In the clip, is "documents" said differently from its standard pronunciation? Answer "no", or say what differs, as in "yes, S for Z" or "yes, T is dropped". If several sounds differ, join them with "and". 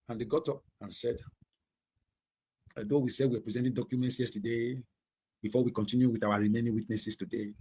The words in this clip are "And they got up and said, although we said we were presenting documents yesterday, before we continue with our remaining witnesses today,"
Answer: no